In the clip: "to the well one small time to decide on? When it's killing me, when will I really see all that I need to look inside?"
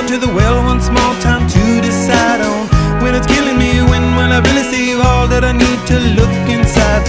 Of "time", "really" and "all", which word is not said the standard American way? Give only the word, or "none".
really